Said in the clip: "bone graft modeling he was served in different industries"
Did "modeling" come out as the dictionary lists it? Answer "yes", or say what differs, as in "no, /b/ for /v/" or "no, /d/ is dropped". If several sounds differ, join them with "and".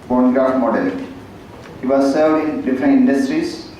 no, /l/ is dropped